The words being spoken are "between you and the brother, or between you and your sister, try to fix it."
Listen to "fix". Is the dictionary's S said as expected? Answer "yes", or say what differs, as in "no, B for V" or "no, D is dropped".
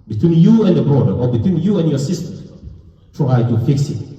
yes